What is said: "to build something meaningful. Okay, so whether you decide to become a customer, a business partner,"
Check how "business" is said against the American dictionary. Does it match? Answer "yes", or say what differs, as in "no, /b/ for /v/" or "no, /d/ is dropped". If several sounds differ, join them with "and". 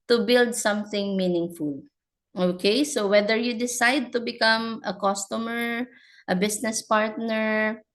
no, /s/ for /z/